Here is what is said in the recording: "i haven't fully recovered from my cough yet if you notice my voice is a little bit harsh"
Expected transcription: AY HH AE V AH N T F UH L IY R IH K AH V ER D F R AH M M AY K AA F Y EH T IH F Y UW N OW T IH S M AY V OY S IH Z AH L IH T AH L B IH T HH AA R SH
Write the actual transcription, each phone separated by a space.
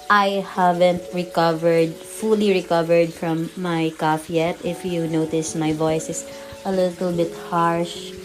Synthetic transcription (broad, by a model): AY HH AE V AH N T F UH L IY R IH K AH V ER D F R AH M M AY K AA F Y EH T IH F Y UW N OW T IH S M AY V OY S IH S AH L IH T AH L B IH T HH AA R SH